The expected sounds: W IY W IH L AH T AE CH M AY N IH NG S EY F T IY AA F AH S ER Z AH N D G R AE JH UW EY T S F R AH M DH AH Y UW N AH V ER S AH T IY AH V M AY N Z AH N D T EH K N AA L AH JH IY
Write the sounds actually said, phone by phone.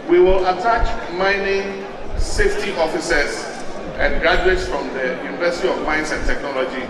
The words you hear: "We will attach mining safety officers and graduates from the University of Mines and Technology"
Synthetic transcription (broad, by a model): W IY W IH L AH T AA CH M AY N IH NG S EY F T IY AA F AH S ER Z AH N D G R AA JH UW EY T S F R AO M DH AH Y UW N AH V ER S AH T IY AH V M AY N S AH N T EH K N AA L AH JH IY